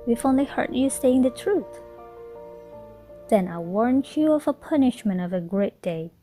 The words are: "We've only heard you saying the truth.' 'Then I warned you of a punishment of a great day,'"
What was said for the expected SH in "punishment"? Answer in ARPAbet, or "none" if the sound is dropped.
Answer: SH